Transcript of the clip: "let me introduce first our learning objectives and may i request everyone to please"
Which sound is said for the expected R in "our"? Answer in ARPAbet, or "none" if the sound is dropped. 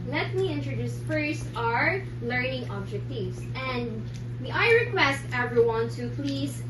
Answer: R